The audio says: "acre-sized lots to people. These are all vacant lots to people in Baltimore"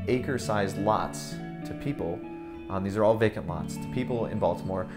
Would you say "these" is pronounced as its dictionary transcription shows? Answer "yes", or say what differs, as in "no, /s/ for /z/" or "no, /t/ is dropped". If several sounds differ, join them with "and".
yes